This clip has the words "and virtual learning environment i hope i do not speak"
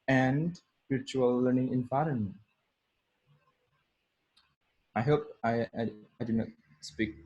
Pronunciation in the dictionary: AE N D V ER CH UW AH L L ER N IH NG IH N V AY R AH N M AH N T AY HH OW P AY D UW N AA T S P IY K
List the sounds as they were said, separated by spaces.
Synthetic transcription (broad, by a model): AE N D P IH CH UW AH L L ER N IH NG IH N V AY R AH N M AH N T AY HH OW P AY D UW N AA T S P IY K